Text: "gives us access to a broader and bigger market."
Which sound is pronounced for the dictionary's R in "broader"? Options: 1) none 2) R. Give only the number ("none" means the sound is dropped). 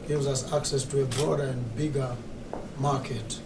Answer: 2